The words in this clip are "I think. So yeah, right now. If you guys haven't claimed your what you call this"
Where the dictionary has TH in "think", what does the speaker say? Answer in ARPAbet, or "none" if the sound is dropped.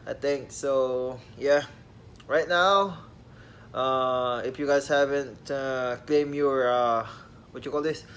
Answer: T